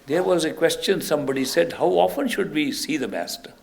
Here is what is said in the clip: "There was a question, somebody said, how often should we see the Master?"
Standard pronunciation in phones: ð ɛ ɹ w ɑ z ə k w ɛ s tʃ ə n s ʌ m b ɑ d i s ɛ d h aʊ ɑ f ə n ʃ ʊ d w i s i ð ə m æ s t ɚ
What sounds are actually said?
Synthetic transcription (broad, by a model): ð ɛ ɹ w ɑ z ə k w ɛ s tʃ ə n s ʌ m b ɑ d i s ɛ d h aʊ ɑ f ə n ʃ ʊ d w i s i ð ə m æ s t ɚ